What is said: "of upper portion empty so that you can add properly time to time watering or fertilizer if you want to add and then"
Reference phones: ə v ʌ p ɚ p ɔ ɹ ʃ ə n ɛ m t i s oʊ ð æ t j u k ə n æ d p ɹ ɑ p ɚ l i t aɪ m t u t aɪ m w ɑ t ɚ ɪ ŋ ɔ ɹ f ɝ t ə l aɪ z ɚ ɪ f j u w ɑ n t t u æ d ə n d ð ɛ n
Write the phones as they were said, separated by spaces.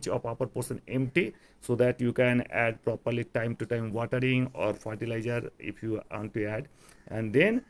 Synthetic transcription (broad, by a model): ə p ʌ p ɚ p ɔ ɹ s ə n ɛ m t i s oʊ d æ t j u k ə n æ d p ɹ ɑ p ɚ l i t aɪ m t u t aɪ m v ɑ t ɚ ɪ ŋ ɔ ɹ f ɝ t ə l aɪ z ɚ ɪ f j u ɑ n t t u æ d ə n d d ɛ n